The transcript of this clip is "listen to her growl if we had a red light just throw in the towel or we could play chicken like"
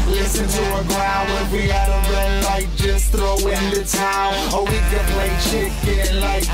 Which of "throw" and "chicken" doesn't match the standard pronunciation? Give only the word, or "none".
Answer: none